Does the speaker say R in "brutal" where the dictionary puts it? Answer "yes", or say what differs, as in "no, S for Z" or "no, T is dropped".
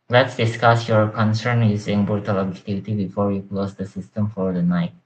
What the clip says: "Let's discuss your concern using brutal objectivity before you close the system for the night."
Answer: no, R is dropped